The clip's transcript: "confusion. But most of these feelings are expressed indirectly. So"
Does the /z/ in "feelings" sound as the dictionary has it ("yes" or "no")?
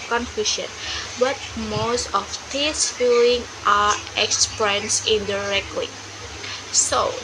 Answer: no